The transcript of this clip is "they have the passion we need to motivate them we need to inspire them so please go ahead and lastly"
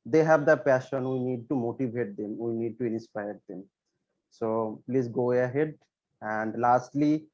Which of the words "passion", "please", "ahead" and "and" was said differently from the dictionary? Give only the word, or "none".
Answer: please